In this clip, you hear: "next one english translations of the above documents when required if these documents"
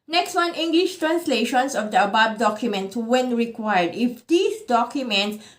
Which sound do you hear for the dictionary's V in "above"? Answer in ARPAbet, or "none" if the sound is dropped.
B